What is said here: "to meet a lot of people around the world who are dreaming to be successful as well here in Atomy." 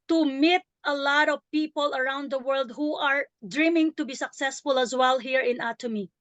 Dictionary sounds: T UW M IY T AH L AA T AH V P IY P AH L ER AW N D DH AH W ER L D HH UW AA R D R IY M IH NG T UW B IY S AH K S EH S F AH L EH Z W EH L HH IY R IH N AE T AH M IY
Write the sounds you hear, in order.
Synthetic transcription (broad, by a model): T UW M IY T AH L AA T AH V P IY P AH L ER AW N D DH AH W ER L D HH UW AA R D R IY M IH NG T UW B IY S AH K S EH S F AH L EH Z W EH L HH IY R IH N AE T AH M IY